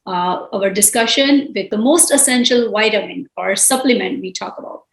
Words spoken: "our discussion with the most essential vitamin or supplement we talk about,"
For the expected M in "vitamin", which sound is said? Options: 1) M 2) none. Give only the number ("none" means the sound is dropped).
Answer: 2